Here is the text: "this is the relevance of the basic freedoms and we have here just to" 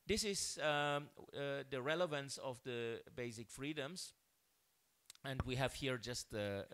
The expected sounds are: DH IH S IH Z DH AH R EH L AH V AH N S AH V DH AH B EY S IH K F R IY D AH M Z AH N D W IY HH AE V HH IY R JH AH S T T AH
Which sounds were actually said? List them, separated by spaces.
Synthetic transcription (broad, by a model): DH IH S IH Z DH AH R EH L AH V AH N S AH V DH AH B EY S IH K F R IY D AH M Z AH N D W IY HH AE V HH IY R JH AH S T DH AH